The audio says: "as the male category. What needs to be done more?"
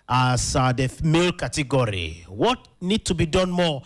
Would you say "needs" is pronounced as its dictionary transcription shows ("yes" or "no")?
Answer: no